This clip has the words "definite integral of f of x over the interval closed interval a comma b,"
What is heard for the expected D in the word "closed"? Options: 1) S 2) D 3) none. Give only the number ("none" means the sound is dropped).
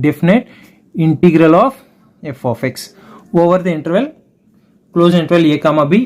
3